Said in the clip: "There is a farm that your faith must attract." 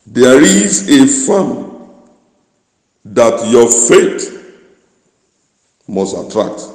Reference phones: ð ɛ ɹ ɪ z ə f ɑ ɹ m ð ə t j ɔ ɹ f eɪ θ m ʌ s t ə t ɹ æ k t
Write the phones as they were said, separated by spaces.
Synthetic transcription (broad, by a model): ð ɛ ɹ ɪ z ə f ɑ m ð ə t j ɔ f eɪ t m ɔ s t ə t ɹ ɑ k t